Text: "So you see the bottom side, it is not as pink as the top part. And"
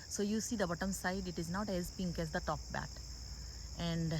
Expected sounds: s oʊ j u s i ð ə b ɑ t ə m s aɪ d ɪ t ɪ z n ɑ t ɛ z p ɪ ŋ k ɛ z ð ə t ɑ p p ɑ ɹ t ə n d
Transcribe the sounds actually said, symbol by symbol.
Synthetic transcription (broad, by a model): s oʊ j u s i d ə b ɑ t ə m s aɪ d ɪ t ɪ z n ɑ t ɛ z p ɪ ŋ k ɛ z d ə t ɑ p b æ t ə n d